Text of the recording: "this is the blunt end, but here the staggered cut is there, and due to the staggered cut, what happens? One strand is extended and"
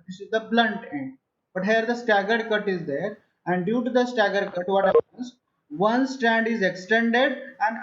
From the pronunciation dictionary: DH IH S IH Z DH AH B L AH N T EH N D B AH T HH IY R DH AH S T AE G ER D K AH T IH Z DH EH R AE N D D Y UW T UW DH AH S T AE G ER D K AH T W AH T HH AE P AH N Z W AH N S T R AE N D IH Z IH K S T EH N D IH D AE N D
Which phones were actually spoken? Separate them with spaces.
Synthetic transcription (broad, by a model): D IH S IH Z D AH B L AH N T EH N D B AH T HH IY R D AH S T AE G ER D K AH T IH Z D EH R AE N D D Y UW T UW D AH S T AE G ER D K AH T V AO T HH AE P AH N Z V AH N S T AE N D IH Z IH K S T EH N D IH D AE N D